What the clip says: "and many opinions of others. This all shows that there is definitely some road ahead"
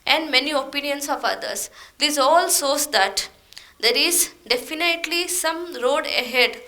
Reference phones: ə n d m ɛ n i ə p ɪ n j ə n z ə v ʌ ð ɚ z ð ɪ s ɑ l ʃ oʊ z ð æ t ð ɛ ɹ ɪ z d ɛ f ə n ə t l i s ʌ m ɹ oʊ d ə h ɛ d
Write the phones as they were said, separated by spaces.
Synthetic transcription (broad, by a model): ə n d m ɛ n i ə p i n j ə n s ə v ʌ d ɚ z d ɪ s ɑ l s oʊ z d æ t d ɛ ɹ ɪ z d ɛ f ə n ə t l i s ʌ m ɹ oʊ d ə h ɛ d